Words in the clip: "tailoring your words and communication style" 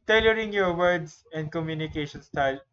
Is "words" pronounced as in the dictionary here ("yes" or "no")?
no